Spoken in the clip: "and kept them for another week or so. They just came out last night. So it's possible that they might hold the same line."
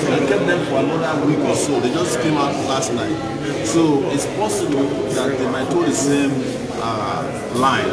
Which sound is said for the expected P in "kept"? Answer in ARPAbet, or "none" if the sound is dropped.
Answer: none